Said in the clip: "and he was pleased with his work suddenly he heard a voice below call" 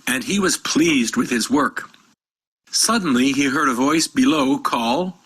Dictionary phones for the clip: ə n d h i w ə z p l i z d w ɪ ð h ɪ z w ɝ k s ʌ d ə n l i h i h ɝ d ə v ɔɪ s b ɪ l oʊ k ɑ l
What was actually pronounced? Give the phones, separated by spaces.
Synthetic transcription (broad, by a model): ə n i w ə z p l i z d w ɪ ð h ɪ z w ɝ k s ʌ d n l i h i h ɝ d ə v ɔɪ s b ɪ l oʊ k ɑ l